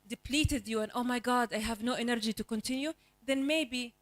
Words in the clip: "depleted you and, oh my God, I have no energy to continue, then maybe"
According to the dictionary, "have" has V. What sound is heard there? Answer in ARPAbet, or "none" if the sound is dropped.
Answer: V